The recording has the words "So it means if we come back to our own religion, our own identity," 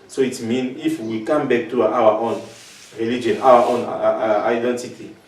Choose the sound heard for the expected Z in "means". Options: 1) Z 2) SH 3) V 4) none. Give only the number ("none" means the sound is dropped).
4